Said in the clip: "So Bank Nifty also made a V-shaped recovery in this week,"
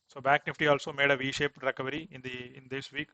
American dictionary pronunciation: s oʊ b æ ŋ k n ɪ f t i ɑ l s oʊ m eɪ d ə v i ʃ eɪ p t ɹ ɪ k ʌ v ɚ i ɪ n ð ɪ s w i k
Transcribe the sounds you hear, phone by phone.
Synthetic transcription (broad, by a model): s oʊ b æ ŋ k n ɪ f t i ɑ l s oʊ m eɪ d ə v i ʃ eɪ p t ɹ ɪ k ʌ v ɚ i ɪ n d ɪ s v i k